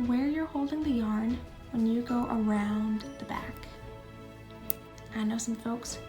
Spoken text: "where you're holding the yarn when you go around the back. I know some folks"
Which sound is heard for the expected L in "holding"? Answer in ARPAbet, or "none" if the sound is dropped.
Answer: L